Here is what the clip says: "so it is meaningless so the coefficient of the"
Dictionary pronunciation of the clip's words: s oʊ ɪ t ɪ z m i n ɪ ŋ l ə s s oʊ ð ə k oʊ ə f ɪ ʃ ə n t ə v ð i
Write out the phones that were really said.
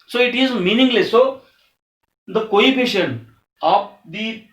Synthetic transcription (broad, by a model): s oʊ ɪ t ɪ z m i n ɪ ŋ l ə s s oʊ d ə k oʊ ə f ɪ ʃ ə n ə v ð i